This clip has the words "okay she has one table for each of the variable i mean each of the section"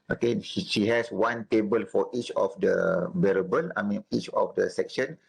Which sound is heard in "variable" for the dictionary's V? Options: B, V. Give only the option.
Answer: B